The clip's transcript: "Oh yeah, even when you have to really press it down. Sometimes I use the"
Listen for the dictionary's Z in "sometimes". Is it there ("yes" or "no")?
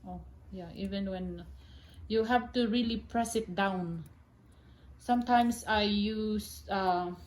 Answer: no